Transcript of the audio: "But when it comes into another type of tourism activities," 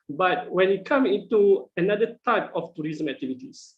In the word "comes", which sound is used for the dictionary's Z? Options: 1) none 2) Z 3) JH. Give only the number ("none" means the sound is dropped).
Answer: 1